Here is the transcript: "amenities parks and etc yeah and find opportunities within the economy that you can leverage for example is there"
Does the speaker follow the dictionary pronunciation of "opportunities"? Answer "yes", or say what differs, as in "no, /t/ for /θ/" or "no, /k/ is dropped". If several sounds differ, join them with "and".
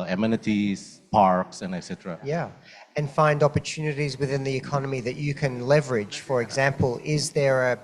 yes